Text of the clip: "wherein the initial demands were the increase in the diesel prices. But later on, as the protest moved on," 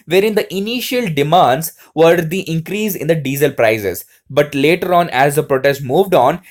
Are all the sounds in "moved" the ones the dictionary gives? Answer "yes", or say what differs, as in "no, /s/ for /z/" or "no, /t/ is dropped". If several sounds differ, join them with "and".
yes